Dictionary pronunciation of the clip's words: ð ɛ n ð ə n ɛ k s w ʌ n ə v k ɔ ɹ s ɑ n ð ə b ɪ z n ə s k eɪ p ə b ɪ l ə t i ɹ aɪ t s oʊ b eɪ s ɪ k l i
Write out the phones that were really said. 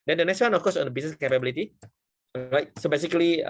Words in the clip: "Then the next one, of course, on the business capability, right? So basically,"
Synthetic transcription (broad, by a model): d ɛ n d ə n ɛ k s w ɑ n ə f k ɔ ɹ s ɑ n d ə b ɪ s n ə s k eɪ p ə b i l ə t i l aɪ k s oʊ b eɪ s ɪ k l i